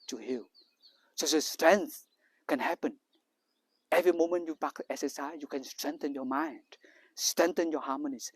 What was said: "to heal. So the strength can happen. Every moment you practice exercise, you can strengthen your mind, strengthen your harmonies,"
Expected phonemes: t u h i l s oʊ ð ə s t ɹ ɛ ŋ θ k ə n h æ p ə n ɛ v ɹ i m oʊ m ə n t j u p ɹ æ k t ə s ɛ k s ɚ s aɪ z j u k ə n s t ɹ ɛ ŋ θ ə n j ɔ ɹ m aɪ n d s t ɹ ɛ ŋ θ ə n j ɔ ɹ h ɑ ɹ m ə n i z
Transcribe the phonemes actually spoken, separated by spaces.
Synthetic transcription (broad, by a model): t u h i l s oʊ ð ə s t ɹ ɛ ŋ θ k ə n h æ p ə n ɛ v ɹ i m oʊ m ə n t j u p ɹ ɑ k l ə ɛ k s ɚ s aɪ j u k ə n s t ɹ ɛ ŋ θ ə n j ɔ m aɪ n d s t ɹ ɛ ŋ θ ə n j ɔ h ɑ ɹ m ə n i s